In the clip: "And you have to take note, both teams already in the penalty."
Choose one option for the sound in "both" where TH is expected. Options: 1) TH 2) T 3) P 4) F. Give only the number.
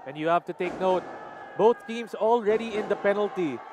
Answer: 2